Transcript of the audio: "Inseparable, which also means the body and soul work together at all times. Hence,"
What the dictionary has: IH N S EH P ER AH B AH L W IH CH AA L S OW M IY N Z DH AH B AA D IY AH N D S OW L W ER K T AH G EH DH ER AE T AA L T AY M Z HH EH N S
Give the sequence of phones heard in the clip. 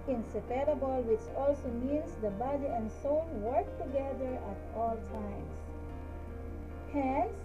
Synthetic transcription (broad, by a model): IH N S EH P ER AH B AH L W IH CH AA L S OW M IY N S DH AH B AA D IY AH N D S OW N W ER K T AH G EH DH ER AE T AA L T AY M S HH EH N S